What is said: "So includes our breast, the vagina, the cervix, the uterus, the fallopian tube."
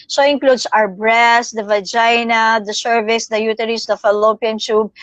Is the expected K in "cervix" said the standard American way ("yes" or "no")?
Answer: no